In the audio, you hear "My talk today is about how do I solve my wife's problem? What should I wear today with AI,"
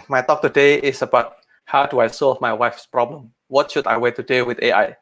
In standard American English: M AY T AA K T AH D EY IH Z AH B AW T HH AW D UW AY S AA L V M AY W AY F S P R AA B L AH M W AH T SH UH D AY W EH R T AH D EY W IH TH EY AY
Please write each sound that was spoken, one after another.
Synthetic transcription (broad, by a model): M AY T AA K T AH D EY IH S AH B AW T HH AW D UW AY S AA L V M AY W AY F S P R AA B L AH M W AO T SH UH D AY W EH T AH D EY W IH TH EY AY